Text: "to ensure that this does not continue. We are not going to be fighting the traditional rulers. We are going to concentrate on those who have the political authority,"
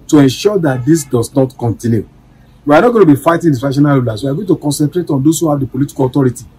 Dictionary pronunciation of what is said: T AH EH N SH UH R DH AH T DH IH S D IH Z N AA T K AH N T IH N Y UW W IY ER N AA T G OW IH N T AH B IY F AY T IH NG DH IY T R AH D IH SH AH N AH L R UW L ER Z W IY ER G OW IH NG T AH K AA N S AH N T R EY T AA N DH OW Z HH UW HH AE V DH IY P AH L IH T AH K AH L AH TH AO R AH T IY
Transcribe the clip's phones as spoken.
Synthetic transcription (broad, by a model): T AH EH N SH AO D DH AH T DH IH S D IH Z N AA T K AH N T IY N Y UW W IY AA N AA T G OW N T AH B IY F AY T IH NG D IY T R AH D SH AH N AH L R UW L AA S W IY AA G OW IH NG T AH K AA N S AH N T R EY T AA N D OW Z HH UW HH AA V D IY P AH L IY T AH K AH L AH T AO R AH T IY